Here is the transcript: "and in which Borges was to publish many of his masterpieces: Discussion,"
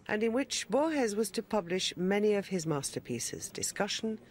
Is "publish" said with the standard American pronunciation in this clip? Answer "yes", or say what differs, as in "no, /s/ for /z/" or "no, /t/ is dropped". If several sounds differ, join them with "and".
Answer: yes